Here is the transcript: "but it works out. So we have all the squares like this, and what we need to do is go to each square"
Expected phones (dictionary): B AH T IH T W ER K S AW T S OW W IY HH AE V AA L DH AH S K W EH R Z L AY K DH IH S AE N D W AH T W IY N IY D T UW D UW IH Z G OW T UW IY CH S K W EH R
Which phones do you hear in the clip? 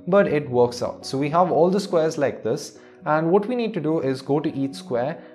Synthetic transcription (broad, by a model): B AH T IH T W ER K S AW T S OW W IY HH AE V AA L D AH S K W EH R Z L AY K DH IH S AE N D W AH T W IY N IY D T UW D UW IH Z G OW T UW IY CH S K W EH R